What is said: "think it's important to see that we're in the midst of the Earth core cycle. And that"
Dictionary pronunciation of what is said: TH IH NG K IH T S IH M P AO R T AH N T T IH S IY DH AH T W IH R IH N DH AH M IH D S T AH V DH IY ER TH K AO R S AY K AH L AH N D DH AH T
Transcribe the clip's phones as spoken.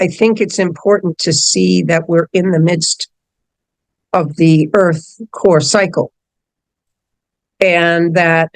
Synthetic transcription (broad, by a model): TH IH NG K IH T S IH M P AO R T N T T IH S IY DH AH T W IH R IH N DH AH M IH D S T AH V DH IY ER TH K AO R S AY K L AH N DH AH T